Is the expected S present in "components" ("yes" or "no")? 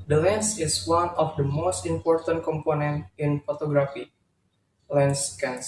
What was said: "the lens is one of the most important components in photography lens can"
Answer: no